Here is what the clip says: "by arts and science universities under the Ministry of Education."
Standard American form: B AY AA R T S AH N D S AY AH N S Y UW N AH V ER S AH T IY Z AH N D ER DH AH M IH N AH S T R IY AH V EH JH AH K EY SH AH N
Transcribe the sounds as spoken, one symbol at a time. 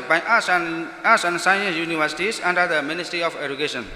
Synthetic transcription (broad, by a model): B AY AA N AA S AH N S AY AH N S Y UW N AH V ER S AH T IY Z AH N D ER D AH M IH N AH S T R IY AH P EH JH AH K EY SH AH N